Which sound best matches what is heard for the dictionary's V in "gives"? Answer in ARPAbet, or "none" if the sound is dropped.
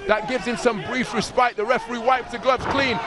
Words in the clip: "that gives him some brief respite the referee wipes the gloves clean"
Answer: V